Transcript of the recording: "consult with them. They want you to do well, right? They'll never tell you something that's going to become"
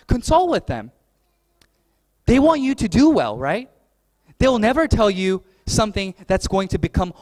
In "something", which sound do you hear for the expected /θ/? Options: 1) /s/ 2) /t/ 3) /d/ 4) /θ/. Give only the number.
4